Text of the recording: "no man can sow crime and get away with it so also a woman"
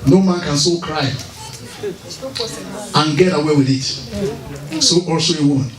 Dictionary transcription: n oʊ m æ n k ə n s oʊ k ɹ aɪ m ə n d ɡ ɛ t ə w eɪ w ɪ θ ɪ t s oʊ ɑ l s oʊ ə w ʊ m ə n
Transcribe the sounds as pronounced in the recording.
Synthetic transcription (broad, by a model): n oʊ m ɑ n k ə n s oʊ k ɹ aɪ ə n ɡ ɛ t ə w eɪ w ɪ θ ɪ t s oʊ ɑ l s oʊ ə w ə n